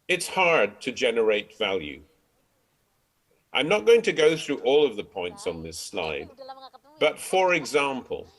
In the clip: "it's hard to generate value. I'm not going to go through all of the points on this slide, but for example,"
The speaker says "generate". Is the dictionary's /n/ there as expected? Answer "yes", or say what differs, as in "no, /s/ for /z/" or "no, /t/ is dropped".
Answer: yes